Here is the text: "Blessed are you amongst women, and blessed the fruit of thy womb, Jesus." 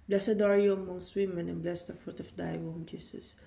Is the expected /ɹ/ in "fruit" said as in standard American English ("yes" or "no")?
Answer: yes